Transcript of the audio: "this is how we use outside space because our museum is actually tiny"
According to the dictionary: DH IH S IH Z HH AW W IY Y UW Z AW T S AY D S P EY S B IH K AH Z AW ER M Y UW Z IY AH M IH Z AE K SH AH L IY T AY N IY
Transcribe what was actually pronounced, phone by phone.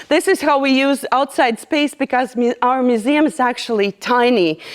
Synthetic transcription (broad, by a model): DH IH S IH Z HH AW W IY Y UW Z AW T S AY D S P EY S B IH K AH Z AW ER M Y UW Z IY AH M IH Z AE K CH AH L IY T AY N IY